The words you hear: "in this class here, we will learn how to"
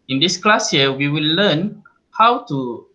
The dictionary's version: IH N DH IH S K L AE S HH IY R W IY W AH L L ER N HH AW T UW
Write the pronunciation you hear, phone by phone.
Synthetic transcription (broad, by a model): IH N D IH S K L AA S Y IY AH W IY W AH L L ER N HH AW T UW